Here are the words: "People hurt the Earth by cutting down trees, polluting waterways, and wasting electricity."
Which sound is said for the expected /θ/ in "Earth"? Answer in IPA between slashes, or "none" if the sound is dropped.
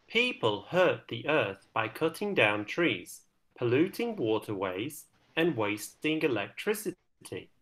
/θ/